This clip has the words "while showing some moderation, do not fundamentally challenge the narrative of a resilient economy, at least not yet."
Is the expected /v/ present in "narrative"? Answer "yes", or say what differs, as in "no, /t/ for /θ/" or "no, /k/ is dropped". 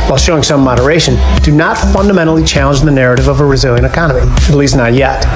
yes